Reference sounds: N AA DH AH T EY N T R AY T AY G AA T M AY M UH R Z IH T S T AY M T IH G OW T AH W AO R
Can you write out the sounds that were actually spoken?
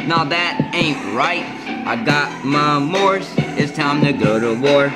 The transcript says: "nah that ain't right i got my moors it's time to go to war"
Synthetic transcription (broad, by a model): N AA DH AH T EY N T R AY T AY G AA T M AY M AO R S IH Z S T AY M T IH G OW T AH W AO R